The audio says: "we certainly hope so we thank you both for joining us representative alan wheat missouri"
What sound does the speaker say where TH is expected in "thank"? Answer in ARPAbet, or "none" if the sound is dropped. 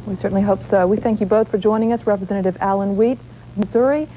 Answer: TH